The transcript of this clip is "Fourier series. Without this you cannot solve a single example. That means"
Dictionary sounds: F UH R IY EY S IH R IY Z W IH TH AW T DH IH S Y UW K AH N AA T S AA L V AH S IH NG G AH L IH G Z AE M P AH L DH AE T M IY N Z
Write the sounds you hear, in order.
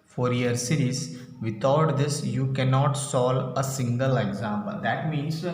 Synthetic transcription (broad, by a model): F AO R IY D S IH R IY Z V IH T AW T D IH S Y UW K AH N AA T S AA L AH S IH NG G AH L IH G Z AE M P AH L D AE T M IY N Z